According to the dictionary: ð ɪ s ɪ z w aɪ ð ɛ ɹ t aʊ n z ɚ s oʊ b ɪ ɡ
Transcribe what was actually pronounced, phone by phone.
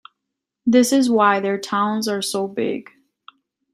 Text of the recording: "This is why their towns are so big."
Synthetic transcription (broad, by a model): ð ɪ s ɪ z w aɪ ð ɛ ɹ t aʊ n z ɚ s oʊ b ɪ ɡ